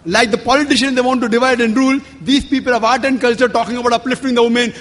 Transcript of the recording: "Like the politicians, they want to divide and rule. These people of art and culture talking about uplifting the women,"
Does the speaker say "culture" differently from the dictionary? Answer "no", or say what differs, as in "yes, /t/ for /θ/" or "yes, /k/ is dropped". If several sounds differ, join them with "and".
no